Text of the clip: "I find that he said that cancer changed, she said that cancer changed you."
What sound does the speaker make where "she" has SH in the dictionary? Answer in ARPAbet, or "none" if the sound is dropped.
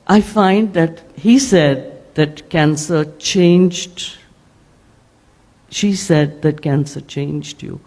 SH